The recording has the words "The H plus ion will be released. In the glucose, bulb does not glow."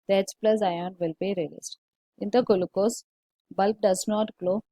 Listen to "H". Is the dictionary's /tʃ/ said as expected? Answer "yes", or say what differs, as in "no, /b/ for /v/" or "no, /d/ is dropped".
no, /s/ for /tʃ/